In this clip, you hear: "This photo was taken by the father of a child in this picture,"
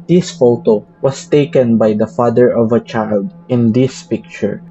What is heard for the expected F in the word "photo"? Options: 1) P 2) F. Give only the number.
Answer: 2